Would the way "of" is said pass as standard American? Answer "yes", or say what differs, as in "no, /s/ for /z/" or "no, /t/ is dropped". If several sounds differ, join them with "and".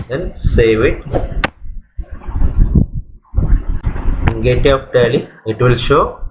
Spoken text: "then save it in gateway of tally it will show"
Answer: no, /p/ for /v/